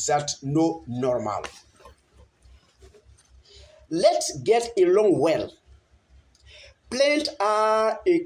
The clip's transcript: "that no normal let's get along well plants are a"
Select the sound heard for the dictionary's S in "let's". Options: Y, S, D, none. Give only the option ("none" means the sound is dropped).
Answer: S